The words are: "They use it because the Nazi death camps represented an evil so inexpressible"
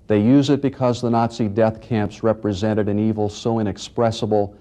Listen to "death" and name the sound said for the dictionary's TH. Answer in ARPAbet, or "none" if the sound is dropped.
TH